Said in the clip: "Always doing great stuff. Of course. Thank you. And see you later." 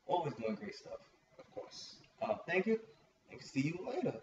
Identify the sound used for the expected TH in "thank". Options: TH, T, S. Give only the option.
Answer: TH